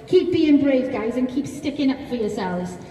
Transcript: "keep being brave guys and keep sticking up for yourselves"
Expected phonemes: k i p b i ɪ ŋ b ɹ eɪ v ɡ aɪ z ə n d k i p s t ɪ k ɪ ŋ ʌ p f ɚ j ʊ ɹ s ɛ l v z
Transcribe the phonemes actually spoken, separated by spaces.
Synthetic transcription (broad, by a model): k i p b i ɪ ŋ b ɹ eɪ v ɡ aɪ z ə n k i p s t ɪ k ɪ ŋ ʌ p f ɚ j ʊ s ɛ l v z